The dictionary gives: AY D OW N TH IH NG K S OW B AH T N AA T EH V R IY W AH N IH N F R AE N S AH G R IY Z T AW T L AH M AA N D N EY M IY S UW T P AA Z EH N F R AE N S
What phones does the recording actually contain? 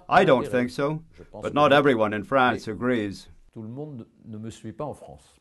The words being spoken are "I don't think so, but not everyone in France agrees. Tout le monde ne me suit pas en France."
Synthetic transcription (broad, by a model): AY D OW N TH IH NG K S OW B AH T N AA T EH V R IY W AH N IH N F R AE N S AH G R IY Z T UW L AH M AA D N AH M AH S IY P AA AA F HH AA S